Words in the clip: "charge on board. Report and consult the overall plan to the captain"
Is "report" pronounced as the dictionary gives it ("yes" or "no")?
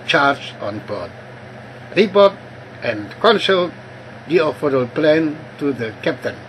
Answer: no